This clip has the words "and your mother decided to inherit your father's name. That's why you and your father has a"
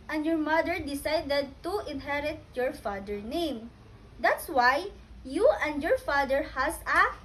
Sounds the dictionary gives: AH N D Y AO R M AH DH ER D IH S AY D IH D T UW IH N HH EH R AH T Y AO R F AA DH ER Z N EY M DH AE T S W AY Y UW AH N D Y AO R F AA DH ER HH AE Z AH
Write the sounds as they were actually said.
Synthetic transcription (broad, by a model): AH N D Y AO R M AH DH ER D IH S AY D IH D T UW IH N HH EH R AH T Y AO R F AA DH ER N EY M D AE T S W AY Y UW AH N D Y AO R F AA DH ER HH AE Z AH